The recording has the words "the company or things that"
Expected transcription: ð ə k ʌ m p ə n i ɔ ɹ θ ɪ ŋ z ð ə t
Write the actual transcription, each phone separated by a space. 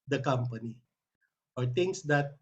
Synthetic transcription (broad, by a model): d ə k ʌ m p ə n i ɔ ɹ t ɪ ŋ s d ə t